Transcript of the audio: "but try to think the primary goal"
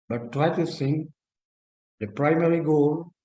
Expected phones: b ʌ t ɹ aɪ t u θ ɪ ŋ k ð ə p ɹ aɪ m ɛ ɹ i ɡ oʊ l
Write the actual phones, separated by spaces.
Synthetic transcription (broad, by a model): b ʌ t ɹ aɪ t u s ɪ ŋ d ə p ɹ aɪ m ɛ ɹ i ɡ oʊ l